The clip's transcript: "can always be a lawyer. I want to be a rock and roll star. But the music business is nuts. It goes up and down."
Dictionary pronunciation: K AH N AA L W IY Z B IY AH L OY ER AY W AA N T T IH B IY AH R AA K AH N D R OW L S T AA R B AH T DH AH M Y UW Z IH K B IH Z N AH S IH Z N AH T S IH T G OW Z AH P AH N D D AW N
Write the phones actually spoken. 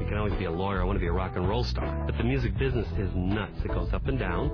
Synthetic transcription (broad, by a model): K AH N AA L W IY Z B IY AH L OY ER AY W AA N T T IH B IY AH R AA K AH N R OW L S T AA R B AH T DH AH M Y UW Z IH K B IH Z N AH S IH Z N AH T S IH T G OW Z AH P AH N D D AW N